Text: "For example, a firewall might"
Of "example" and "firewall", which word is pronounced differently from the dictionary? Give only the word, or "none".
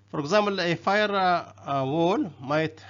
example